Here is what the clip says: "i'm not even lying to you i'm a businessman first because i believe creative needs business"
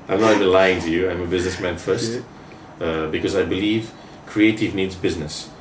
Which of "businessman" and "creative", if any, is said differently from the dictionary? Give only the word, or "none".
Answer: none